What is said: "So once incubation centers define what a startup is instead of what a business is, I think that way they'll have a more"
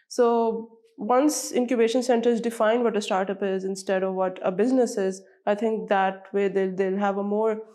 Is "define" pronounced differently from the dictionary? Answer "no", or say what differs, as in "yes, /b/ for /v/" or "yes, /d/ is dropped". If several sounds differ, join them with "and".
no